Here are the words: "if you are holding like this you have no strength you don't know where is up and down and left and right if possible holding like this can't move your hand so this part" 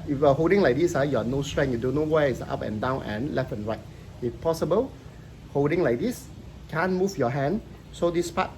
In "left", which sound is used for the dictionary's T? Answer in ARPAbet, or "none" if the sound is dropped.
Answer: none